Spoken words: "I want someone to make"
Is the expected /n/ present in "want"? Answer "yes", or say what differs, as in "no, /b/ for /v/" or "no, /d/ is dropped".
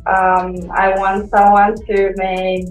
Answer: yes